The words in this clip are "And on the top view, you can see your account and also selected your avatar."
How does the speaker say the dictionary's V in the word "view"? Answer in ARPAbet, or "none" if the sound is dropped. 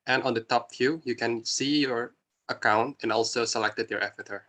F